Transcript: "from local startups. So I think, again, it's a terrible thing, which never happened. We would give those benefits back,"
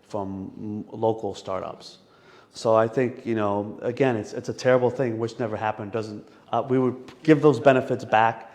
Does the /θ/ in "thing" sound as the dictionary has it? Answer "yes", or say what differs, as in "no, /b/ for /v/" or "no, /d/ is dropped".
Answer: yes